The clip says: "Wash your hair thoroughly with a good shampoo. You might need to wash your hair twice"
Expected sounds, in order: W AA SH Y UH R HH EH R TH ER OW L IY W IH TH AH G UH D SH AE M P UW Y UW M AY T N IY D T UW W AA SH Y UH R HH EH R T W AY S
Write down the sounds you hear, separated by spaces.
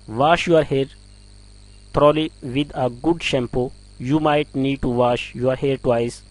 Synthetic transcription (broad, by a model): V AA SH Y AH R HH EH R T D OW L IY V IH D AH G UH D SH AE M P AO Y UW M AY T N IY D T UW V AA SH Y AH R HH EH R T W AY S